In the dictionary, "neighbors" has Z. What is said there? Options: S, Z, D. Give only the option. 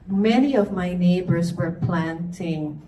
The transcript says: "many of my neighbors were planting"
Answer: Z